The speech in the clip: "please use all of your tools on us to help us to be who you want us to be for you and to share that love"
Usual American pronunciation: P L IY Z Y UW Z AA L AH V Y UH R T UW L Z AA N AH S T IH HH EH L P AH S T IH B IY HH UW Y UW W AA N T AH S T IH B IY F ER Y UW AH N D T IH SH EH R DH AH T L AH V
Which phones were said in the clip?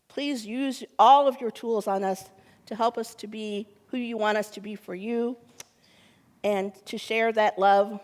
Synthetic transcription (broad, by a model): P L IY Z Y UW Z AA L AH V Y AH R T UW L Z N AH S T IH HH EH L P AH S T IH B IY HH UW Y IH W AA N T AH S T IH B IY F ER Y UW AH N T IH SH EH R DH AH T L AH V